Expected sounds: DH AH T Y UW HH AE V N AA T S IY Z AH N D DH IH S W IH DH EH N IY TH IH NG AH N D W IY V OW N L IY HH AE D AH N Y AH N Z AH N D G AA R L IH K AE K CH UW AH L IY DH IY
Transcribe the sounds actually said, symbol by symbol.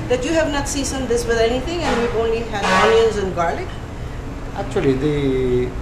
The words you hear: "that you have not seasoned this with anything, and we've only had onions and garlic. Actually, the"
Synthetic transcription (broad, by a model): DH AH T Y UW HH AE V N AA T S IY S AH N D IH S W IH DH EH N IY T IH NG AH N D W IY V OW N L IY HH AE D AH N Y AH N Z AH N G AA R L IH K AE K CH UW AH L IY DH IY